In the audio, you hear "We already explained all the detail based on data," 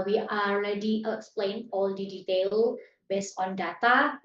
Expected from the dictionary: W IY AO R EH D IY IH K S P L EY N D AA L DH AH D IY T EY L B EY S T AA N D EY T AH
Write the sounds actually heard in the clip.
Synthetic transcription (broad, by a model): W IY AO L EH D IY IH K S P L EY N AA L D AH D IY T EY L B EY S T AA N D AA T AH